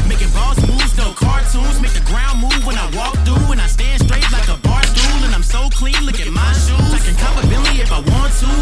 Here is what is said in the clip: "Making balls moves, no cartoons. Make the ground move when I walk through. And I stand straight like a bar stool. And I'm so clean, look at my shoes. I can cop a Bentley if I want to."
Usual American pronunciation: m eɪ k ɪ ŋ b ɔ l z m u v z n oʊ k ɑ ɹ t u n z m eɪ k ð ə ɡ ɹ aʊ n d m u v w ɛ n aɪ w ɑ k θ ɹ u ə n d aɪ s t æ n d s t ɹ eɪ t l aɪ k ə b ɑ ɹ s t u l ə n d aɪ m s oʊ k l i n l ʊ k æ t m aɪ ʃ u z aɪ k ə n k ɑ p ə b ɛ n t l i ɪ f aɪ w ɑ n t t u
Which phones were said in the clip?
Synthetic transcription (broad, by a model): m eɪ k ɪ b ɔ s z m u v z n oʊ k ɑ ɹ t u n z m eɪ k ð ə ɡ ɹ aʊ n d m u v w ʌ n aɪ w ɑ k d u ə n aɪ s t æ n d s t ɹ eɪ t l aɪ k ə b ɑ ɹ s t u l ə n aɪ m s oʊ k l i n l ʊ k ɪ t m aɪ s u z aɪ k ə n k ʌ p ə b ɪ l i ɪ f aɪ w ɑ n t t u